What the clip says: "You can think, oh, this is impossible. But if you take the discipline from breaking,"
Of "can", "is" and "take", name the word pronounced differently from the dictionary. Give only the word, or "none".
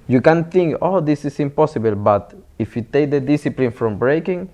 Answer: is